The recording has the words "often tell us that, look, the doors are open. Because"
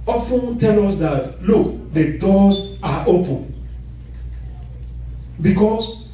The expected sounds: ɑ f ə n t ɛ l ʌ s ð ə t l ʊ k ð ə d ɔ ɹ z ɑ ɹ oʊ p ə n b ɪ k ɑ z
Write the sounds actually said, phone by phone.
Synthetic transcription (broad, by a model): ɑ f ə n t ɛ l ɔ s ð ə t l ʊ k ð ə d ɔ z ɑ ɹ oʊ p ə n b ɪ k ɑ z